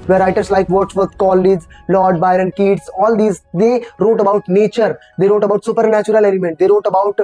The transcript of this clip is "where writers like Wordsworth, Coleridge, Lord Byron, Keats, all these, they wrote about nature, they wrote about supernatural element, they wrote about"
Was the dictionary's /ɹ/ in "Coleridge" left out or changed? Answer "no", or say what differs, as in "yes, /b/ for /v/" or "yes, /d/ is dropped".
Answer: yes, /ɹ/ is dropped